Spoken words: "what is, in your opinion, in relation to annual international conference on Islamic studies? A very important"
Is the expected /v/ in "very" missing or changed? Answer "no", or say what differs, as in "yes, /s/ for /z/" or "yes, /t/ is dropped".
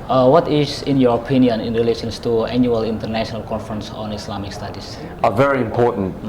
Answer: no